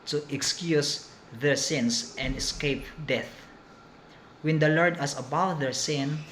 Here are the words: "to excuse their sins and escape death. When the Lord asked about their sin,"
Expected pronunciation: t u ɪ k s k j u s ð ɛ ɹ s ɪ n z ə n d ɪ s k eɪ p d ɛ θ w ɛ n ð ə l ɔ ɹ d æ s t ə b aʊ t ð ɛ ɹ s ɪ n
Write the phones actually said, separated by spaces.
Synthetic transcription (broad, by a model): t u ɪ k s k j u s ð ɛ ɹ s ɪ n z ə n d ɪ s k eɪ p d ɛ θ w ɛ n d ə l ɔ ɹ d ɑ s ə b aʊ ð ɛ ɹ s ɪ n